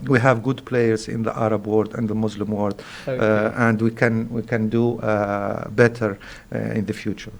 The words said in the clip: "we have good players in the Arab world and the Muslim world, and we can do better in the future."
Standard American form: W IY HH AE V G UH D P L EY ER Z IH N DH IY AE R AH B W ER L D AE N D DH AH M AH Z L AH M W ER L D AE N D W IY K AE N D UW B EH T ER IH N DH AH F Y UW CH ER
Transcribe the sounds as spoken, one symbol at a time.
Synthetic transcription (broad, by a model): W IY HH AE V G UH D P L EY ER Z IH N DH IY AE R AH B W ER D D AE N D DH AH M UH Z L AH M W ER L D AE N D W IY K AE N D UW B EH T ER IH N DH AH F Y UW CH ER